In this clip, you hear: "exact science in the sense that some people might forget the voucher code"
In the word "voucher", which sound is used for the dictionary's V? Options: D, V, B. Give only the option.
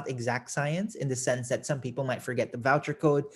V